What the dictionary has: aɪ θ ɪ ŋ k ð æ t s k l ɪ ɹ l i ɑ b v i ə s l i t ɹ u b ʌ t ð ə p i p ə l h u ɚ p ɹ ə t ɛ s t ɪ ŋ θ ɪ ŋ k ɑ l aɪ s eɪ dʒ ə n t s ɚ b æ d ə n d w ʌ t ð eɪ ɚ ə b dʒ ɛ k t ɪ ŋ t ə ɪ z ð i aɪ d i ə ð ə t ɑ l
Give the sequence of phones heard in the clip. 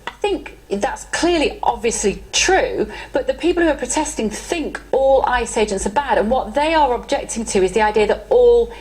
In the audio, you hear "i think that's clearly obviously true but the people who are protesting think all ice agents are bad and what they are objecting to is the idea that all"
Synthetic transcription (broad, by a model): aɪ θ ɪ ŋ k ð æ t s k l ɪ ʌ l i ɑ b v i ə s l i t ɹ u b ʌ t ð ə p i p ə l h u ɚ p ɹ ə t ɛ s t ɪ ŋ θ ɪ ŋ k ɑ l aɪ s eɪ dʒ ə n t s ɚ b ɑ d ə n w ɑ t ð eɪ ɚ ə b dʒ ɛ k t ɪ ŋ t ə ɪ z ð i aɪ d i ə ð ə t ɑ l